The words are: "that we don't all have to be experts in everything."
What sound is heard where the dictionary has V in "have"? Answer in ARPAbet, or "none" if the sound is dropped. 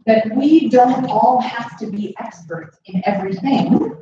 F